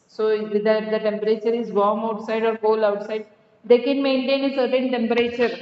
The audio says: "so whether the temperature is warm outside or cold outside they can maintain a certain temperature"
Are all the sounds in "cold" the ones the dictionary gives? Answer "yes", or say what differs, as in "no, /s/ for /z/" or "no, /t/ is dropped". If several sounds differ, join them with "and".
no, /d/ is dropped